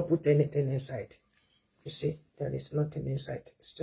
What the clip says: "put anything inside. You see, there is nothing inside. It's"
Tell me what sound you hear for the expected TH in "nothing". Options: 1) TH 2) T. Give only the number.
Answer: 2